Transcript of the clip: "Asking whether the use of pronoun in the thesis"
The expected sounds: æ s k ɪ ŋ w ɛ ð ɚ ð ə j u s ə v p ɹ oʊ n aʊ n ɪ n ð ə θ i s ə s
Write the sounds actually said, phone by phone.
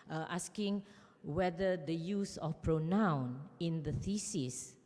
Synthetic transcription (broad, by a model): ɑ s k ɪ ŋ w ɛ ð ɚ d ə j u s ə f p ɹ oʊ n aʊ n ɪ n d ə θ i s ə s